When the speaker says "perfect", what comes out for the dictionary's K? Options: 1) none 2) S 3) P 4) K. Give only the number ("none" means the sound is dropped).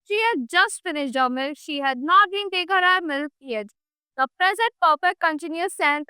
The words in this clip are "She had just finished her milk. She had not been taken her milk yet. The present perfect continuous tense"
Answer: 1